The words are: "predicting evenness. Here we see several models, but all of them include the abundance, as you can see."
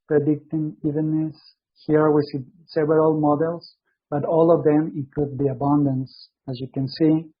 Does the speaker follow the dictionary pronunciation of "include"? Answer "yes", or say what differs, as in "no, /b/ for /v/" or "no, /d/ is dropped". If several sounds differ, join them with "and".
no, /l/ is dropped